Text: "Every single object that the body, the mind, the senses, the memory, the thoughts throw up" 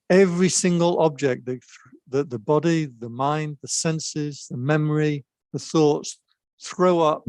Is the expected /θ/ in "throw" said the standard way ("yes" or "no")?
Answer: yes